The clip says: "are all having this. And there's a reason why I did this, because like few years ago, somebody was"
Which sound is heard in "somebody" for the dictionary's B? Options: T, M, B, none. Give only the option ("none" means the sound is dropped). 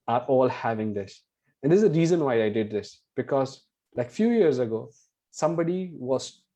B